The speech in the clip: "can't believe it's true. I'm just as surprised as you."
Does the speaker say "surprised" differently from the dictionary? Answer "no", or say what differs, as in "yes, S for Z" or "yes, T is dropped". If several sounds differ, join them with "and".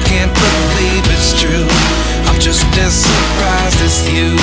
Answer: yes, D is dropped